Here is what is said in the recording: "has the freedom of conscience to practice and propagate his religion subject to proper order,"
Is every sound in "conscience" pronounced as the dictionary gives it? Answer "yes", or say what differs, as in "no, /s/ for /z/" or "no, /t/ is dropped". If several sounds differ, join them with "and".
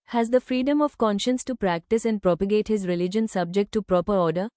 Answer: yes